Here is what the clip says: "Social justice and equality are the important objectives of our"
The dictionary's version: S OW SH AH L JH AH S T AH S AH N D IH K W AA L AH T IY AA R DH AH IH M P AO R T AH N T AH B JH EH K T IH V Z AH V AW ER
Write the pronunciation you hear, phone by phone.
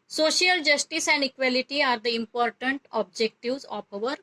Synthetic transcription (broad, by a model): S OW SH AH L JH AH S T AH S AH N D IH K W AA L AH T IY AA R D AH IH M P AO R T AH N T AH B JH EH K T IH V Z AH P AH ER